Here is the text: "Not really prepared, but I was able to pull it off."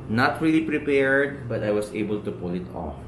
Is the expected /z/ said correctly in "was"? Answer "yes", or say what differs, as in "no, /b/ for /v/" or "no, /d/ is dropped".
no, /s/ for /z/